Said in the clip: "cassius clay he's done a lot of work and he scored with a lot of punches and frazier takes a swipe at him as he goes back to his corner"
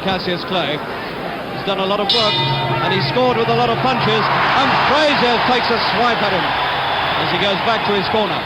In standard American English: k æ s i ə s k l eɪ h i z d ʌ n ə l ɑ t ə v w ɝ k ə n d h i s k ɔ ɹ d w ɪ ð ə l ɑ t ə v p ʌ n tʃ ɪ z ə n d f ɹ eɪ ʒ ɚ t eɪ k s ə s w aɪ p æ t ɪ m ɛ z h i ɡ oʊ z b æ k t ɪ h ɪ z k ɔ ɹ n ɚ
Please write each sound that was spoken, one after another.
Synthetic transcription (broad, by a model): k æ s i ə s k l eɪ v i z d ʌ n ə l ɑ t ə v w ɝ k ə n i s k ɔ ɹ d w ɪ ð ə l ɑ t ə v p ʌ n tʃ ɪ z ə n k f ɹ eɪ z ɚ t eɪ k s ə s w aɪ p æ t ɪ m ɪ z i ɡ oʊ z b æ k t ɪ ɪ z k ɔ ɹ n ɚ